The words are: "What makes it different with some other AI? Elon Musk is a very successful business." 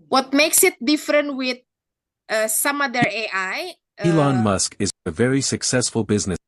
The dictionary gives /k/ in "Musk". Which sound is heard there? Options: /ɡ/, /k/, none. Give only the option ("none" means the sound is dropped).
/k/